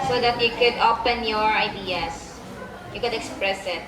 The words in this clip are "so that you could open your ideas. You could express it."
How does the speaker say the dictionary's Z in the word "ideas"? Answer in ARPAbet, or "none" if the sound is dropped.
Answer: S